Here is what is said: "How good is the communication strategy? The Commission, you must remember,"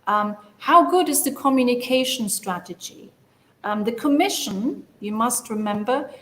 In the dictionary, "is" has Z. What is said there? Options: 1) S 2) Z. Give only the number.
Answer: 2